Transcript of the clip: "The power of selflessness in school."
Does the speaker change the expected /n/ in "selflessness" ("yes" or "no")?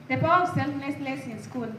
yes